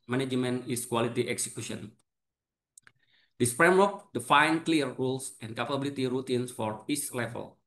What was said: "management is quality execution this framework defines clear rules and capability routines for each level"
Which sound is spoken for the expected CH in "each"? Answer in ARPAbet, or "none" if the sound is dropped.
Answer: S